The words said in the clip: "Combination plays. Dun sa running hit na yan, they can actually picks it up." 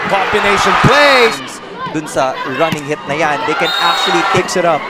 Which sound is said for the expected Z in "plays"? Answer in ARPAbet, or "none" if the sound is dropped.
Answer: none